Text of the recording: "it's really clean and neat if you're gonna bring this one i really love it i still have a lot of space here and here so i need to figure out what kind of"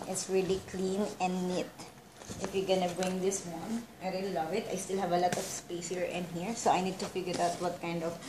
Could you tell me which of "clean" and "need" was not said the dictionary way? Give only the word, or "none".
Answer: none